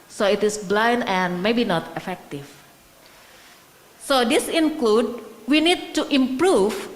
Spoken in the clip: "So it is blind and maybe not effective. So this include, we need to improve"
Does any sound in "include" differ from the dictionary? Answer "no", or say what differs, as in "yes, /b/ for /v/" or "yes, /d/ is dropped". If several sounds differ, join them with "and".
no